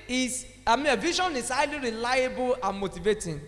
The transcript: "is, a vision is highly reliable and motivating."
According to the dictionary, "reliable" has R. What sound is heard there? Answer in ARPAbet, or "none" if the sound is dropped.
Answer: R